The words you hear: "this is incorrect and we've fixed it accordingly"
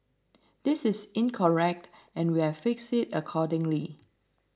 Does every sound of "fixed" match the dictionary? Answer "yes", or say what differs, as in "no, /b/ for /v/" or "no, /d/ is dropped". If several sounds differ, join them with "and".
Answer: no, /t/ is dropped